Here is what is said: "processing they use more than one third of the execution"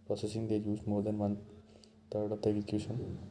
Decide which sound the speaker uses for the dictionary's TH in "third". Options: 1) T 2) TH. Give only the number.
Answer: 1